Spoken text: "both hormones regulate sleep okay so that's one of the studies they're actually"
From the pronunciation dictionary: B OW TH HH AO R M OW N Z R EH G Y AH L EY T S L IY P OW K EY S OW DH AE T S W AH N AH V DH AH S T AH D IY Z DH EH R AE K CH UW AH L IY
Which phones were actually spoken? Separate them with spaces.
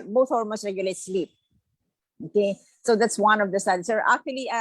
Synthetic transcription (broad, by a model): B OW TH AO L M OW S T R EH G Y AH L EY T S L IY P OW K EY S OW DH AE T S W AH N AH V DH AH S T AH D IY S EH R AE K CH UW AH L IY